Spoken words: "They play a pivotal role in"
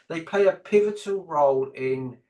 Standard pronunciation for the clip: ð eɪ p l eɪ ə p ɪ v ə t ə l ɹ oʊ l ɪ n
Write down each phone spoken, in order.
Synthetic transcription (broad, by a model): ð eɪ p l eɪ ə p ɪ v ə t ə l ɹ oʊ l ɪ n